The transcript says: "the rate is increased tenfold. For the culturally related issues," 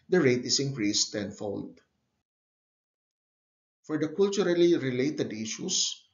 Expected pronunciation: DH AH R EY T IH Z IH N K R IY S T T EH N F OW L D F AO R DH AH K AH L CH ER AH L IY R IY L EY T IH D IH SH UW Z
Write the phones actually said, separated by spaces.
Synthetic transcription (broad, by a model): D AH R EY T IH S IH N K R IY S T T EH N F OW L D F AO R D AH K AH L CH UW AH L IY R IY L EY T IH D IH SH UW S